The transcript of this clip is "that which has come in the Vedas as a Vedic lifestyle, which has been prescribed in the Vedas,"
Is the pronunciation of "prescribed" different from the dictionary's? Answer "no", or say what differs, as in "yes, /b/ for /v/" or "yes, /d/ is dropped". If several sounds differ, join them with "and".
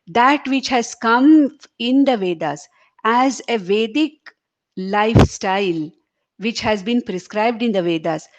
no